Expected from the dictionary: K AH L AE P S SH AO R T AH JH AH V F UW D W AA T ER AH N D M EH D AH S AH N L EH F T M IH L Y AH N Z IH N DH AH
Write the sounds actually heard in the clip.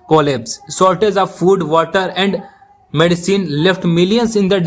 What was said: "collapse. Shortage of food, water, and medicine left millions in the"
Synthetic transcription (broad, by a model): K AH L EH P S S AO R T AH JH AH V F UW D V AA T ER AH N D M EH D AH S AH N L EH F T M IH L Y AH N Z IH N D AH